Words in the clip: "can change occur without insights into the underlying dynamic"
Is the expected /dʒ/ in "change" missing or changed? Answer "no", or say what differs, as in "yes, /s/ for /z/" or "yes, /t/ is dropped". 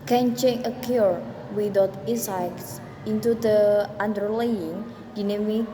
yes, /dʒ/ is dropped